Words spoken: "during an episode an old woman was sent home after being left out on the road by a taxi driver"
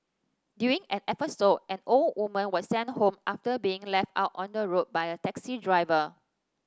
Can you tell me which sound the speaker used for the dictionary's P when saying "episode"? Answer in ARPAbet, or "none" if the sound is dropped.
F